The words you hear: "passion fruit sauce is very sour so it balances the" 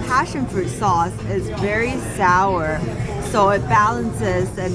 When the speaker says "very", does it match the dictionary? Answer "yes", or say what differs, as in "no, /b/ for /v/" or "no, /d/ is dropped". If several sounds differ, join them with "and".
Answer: yes